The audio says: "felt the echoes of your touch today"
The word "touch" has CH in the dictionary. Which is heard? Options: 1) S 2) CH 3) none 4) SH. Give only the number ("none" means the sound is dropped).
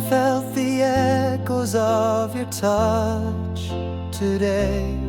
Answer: 2